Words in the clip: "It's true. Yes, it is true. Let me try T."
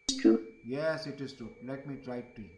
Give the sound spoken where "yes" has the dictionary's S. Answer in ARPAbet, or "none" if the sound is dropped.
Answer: S